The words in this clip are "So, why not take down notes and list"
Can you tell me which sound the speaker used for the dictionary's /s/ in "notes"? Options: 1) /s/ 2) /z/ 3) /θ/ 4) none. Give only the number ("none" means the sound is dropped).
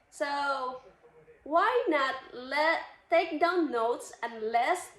1